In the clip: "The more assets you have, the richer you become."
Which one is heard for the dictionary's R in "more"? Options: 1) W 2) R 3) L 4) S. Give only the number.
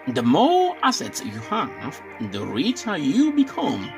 3